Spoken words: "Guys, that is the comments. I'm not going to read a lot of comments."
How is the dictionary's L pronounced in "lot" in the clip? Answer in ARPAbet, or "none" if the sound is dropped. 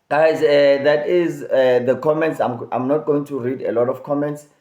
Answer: L